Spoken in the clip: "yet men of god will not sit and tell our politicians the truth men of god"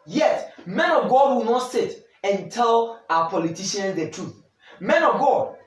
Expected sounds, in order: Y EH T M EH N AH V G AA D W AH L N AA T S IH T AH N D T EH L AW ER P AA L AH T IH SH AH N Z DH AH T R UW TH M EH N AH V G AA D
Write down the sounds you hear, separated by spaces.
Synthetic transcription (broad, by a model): Y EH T M EH N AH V G AA D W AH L N AA T S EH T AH N T EH L AW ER P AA L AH T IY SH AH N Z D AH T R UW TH M EH N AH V G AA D